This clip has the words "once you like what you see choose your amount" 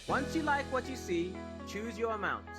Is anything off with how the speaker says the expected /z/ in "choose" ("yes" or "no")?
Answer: no